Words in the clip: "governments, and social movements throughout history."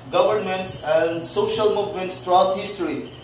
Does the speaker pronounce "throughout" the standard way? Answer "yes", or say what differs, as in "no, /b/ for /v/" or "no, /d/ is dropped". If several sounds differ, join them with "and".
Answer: no, /t/ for /θ/